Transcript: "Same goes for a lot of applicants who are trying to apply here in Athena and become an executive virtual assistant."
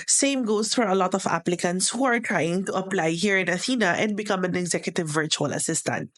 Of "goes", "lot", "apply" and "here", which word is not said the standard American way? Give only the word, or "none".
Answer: goes